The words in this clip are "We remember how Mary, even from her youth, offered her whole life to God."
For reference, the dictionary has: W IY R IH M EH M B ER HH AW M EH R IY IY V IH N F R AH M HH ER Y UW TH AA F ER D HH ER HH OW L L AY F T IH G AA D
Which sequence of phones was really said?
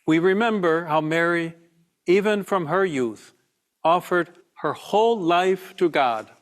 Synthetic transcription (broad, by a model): W IY R IH M EH M B ER HH AW M EH R IY IY V IH N F R AH M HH ER Y UW TH AA F ER D HH ER HH OW L L AY F T IH G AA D